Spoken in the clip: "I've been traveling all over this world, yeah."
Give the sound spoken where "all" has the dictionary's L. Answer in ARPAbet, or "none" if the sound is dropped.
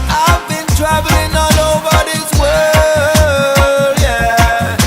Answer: N